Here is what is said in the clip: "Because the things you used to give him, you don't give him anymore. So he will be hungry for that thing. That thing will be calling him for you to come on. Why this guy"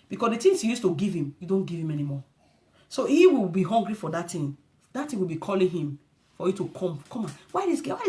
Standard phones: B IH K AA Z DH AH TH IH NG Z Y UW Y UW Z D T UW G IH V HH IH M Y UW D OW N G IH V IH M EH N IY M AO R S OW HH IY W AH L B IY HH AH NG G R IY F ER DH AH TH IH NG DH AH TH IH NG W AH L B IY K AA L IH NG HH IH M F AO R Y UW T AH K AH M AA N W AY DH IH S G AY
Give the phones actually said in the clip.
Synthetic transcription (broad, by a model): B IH K AA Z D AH T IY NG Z Y UW Y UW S T UW G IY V HH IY M Y UW D OW N G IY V IH M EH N IY M AO S OW HH IY W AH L B IY HH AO NG G R IY F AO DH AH T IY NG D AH T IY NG W AH L B IY K AA L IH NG HH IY M F AO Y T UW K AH K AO M AA N W AY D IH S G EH